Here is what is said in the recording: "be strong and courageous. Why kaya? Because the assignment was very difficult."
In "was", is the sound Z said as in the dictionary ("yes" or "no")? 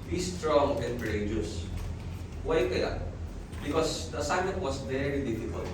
no